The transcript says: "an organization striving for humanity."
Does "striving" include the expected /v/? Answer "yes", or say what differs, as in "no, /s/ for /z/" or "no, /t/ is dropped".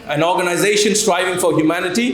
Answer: yes